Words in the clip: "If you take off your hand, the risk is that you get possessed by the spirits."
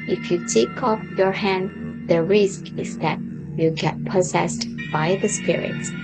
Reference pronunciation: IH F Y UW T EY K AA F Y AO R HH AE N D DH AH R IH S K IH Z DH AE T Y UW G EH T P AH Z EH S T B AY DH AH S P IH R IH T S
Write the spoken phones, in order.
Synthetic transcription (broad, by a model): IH F Y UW T EY K AA F Y AO R HH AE N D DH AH R IH S K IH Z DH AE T Y UW G EH T P AH Z EH S T B AY DH AH S P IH R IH T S